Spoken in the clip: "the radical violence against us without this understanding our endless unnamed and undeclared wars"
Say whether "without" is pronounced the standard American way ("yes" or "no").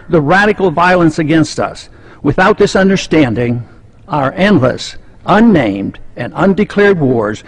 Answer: yes